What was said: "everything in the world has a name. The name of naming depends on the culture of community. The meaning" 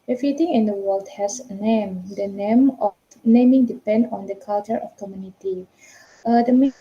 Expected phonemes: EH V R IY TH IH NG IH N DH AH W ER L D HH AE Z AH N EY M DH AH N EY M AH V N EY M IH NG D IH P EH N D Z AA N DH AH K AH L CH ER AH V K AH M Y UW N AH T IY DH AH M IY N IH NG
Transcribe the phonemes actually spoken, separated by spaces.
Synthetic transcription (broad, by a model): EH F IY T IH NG IH N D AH W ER L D HH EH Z AH N EY M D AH N EY M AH F N EY M IH NG D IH P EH N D AA N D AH K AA L CH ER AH F K AH M Y UW N AH T IY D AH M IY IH